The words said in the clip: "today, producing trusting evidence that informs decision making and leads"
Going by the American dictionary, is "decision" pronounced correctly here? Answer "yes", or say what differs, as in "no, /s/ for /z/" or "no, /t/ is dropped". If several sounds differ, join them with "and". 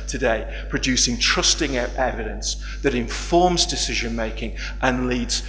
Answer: yes